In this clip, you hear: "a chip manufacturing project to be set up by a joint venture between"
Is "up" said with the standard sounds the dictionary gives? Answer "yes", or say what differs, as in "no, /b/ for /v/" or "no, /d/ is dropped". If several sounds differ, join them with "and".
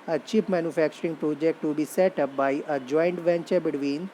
yes